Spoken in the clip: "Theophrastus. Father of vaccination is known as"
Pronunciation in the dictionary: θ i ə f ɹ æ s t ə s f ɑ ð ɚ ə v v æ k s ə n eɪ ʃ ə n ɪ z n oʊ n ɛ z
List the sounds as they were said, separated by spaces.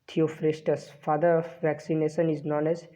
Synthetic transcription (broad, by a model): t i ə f ɹ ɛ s t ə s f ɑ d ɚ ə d v æ k s ə n eɪ ʃ ə n ɪ z n oʊ n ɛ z